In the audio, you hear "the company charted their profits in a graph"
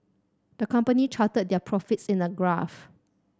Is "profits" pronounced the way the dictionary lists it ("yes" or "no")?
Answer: yes